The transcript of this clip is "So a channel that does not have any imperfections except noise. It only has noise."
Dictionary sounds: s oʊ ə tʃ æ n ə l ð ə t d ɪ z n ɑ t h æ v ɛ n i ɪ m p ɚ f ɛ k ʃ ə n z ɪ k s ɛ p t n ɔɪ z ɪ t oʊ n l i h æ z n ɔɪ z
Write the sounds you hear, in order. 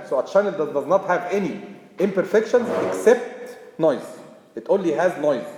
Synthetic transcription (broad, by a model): s oʊ ə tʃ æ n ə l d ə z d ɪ z n ɑ t h æ v ɛ n i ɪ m p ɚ f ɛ k ʃ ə n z ɪ k s ɛ p t n ɔɪ z ɪ t oʊ n l i h æ z n ɔɪ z